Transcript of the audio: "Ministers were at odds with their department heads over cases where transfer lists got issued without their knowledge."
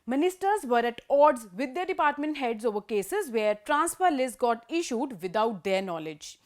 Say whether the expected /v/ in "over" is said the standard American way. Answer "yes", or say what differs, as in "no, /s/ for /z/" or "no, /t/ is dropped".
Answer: yes